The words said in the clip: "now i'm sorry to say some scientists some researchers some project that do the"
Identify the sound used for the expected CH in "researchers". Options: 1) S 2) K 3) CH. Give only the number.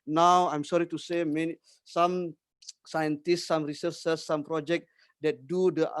1